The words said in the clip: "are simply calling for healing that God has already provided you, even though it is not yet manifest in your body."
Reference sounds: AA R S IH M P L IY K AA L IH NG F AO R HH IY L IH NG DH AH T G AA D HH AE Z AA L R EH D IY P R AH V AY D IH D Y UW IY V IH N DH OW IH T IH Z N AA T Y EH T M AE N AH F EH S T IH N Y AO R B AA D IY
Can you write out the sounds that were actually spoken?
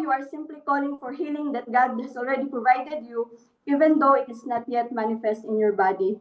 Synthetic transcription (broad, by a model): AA R S IH M P L IY K AA L IH NG F AO R HH IY L IH NG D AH T G AA D HH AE S AA L R EH D IY P R AH V AY D IH D Y UW IY V IH N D OW IH T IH S N AA T Y EH T M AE N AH F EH S T IH N Y AO R B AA D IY